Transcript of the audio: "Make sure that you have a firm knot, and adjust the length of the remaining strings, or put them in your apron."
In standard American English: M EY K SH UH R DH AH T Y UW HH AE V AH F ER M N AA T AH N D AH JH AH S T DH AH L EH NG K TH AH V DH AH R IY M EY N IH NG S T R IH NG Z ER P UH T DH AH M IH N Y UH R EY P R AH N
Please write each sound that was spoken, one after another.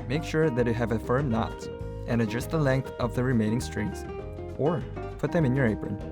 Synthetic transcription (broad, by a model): M EY K SH UH R DH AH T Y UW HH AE V AH F ER M N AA T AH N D AH JH AH S T DH AH L EH NG K TH AH V DH AH R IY M EY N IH NG S T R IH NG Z ER P UH T DH AH M IH N Y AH R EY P R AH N